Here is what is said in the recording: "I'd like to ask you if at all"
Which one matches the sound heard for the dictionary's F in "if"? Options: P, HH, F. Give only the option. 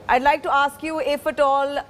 F